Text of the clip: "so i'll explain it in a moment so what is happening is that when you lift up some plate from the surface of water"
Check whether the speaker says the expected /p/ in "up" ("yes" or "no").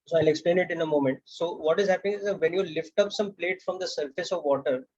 yes